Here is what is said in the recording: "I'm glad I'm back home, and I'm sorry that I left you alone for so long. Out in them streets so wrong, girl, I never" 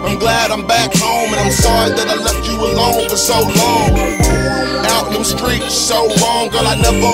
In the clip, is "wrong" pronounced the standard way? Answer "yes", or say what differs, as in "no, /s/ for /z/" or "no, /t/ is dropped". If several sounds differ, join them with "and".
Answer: no, /l/ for /ɹ/